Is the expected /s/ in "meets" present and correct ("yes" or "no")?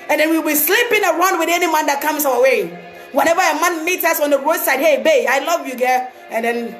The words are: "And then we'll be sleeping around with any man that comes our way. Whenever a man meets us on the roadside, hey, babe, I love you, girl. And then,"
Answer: no